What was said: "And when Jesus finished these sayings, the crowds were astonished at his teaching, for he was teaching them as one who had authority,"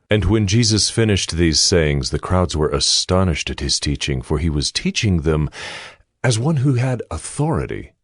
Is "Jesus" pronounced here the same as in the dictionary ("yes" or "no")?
yes